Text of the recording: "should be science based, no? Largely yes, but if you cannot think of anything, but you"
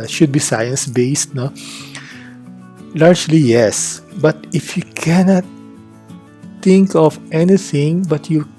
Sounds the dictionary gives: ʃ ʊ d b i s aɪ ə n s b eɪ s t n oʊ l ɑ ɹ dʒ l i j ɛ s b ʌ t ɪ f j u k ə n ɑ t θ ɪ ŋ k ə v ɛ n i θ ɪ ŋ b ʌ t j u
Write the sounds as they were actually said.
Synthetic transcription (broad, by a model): ʃ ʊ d b i s aɪ ə n s b eɪ s t n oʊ l ɑ ɹ dʒ l i j ɛ s b ʌ t ɪ f j u k ə n ɑ t t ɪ ŋ k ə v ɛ n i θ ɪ ŋ b ʌ t j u